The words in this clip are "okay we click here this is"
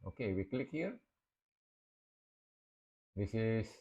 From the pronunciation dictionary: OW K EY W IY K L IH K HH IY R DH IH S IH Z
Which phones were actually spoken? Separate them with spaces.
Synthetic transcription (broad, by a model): OW K EY W IY K L IH K HH IY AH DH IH S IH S